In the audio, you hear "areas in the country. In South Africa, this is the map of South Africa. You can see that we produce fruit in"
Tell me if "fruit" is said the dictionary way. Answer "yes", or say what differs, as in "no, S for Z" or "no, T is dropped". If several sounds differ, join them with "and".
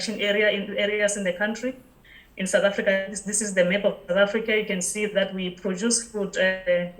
no, R is dropped